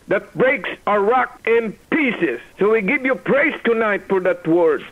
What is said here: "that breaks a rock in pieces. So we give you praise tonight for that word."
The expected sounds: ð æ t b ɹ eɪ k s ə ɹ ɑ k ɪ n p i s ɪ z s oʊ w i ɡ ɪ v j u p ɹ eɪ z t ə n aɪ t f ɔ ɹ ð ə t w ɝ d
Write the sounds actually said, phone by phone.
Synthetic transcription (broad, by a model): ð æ t b ɹ eɪ k s ə ɹ ɑ k ɪ n p i s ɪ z s oʊ w i ɡ ɪ v j u p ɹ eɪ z t ə n aɪ t f ɔ ɹ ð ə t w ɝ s